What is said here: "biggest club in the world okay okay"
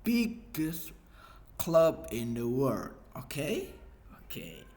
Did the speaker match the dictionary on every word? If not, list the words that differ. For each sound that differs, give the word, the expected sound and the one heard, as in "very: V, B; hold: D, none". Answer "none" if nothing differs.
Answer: world: L, none